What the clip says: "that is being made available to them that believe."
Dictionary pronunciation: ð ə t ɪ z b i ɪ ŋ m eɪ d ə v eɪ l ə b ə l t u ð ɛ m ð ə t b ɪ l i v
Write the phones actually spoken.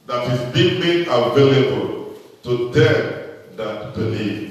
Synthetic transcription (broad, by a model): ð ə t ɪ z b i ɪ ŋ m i ə v eɪ l ə b ə l t u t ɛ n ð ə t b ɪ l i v